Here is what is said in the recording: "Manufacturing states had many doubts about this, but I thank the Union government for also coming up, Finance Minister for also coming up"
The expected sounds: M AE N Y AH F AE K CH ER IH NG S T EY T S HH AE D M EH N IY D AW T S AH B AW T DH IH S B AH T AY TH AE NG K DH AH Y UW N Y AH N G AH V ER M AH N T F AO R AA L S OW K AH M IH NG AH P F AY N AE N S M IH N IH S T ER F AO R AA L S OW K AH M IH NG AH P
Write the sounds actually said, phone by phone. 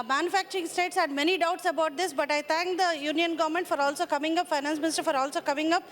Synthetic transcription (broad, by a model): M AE N Y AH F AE K CH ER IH NG S T EY T S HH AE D M EH N IY D AW T S AH B AW T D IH S B AH T AY T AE NG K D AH Y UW N Y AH N G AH V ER M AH N T F AO R AA L S OW K AH M IH NG AH P F AY N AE N S M IH N IH S T ER F AO R AA L S OW K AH M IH NG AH P